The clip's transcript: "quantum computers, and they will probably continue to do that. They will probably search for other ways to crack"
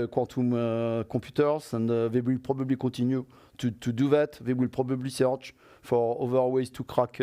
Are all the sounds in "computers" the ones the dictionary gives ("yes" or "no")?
no